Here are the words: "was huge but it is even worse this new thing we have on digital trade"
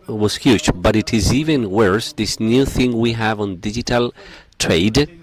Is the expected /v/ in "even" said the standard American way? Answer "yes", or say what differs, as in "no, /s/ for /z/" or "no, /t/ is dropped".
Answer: yes